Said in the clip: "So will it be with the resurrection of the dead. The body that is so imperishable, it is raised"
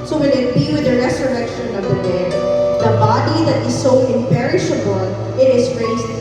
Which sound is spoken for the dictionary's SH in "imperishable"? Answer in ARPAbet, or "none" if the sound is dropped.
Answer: SH